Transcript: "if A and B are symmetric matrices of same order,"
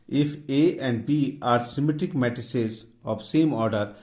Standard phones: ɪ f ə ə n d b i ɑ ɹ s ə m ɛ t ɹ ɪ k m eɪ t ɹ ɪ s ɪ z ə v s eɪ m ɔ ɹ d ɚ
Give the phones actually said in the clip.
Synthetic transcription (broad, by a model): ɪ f ə ə n d b i ɑ ɹ s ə m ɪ t ɪ k m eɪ t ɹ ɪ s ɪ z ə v s eɪ m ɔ ɹ d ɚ